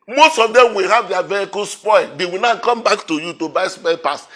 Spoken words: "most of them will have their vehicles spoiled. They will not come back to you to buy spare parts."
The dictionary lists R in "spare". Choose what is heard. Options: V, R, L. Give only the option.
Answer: L